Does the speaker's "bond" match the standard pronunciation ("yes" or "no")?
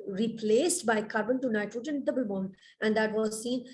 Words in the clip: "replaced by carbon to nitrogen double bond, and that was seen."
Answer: no